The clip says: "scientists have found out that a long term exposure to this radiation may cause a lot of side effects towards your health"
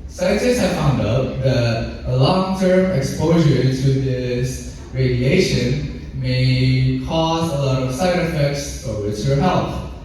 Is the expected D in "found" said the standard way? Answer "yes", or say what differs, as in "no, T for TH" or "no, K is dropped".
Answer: yes